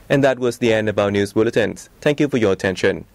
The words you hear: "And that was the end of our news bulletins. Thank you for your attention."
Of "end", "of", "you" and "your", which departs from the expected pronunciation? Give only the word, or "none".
of